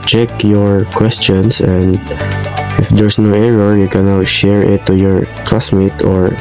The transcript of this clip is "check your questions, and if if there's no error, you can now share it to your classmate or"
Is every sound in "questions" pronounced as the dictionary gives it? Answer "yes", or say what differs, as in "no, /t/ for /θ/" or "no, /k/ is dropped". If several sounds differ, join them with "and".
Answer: no, /s/ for /z/